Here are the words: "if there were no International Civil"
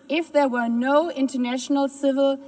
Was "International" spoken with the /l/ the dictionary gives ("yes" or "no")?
yes